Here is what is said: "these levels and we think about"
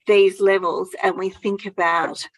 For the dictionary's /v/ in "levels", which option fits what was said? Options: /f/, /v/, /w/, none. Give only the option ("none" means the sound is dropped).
/v/